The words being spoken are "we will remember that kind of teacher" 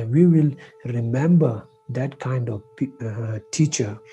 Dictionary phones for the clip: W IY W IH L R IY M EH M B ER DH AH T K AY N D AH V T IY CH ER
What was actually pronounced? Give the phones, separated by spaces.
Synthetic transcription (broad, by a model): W IY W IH L R IY M EH M B ER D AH T K AY N D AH P T IY CH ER